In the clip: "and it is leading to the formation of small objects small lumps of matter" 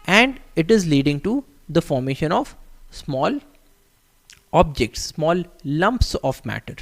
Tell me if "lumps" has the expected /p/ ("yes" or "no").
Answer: yes